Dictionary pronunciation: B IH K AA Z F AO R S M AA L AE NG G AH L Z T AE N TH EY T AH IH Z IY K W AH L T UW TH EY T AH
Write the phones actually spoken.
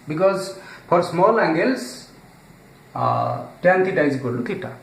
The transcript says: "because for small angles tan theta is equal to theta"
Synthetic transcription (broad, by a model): B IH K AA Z P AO R S M AA L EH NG G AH L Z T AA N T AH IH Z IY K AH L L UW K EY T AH